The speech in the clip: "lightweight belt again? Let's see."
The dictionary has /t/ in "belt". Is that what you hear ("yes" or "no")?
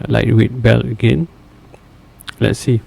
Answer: no